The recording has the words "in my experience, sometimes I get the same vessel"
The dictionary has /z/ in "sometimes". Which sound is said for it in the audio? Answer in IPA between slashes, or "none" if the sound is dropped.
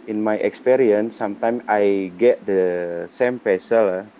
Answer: none